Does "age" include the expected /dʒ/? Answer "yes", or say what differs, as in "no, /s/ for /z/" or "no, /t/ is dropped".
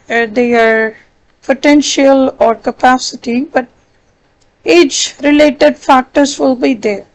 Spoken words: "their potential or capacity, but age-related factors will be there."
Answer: no, /tʃ/ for /dʒ/